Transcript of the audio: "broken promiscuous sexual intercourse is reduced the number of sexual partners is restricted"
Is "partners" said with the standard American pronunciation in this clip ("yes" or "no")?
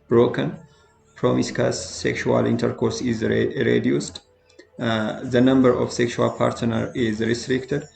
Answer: no